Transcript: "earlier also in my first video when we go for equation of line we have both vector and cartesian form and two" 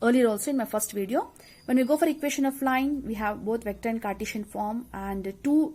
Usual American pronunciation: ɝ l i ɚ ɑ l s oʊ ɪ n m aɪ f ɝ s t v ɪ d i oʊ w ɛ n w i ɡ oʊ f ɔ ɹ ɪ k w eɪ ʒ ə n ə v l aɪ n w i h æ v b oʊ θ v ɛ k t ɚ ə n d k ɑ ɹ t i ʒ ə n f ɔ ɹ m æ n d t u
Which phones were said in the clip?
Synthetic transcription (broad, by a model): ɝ l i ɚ ɑ l s oʊ ɪ n m aɪ f ɝ s t v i d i oʊ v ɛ n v i ɡ oʊ f ɔ ɹ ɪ k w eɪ ʃ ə n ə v l aɪ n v i h æ v b oʊ t v ɛ k t ɚ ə n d k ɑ ɹ t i ʃ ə n f ɔ ɹ m æ n d t u